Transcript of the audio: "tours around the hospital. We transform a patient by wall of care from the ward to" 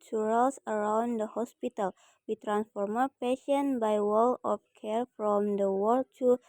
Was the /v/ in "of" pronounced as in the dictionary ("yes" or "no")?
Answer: no